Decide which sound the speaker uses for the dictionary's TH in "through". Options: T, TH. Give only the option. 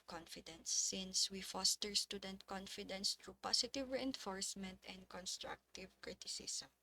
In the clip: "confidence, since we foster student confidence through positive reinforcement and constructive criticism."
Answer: T